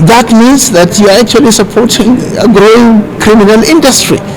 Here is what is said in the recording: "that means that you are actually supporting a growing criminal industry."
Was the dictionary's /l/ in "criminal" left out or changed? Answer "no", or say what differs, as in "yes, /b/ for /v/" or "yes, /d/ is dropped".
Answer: no